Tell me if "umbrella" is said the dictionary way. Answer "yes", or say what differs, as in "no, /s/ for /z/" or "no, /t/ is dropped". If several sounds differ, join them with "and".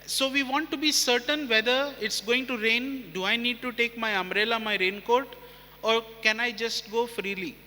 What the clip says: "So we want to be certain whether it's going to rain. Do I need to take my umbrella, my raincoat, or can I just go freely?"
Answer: no, /b/ is dropped